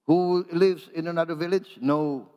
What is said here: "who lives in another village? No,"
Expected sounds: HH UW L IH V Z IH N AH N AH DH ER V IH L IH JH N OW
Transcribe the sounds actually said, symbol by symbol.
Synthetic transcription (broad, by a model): HH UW L IH V Z IH N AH N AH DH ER V IH L IH JH N OW